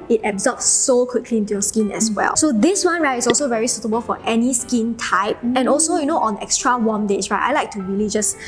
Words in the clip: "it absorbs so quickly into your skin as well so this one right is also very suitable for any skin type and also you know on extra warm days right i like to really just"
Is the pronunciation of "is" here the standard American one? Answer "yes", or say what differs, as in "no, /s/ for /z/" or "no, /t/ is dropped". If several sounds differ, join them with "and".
no, /s/ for /z/